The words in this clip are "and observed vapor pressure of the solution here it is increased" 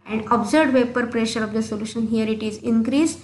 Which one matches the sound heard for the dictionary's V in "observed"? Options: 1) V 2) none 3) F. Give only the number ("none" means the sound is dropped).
2